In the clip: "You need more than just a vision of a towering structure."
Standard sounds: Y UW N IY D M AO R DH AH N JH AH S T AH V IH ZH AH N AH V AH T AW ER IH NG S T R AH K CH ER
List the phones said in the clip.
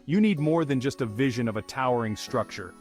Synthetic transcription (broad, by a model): Y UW N IY D M AO R DH AH N JH AH S T AH V IH ZH AH N AH V AH T AW ER IH NG S T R AH K CH ER